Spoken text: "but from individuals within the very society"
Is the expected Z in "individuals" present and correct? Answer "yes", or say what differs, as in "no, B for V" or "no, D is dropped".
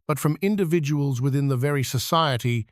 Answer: yes